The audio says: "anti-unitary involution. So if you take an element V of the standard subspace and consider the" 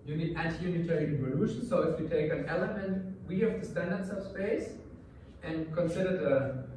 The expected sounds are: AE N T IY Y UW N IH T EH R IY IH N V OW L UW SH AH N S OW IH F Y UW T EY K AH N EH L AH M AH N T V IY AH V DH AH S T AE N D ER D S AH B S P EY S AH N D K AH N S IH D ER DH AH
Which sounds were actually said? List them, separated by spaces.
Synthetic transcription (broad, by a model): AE N T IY Y UW N IH T EH R IY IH V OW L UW SH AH N S OW IH F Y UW T EY K AH N EH L AH M AH N T W IY AH V DH AH S T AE N D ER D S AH S P EY S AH N K AH N S IH D ER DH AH